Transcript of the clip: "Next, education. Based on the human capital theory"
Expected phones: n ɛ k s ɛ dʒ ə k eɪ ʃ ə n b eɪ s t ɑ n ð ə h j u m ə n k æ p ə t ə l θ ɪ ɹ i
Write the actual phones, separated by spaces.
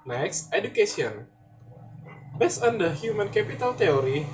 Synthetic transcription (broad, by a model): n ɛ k s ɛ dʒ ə k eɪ s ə n b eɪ s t ɑ n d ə h j u m ə n k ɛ p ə t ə l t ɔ ɹ i